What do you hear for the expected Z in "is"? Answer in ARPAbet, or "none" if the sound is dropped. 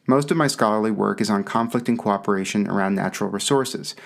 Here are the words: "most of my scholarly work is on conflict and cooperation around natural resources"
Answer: Z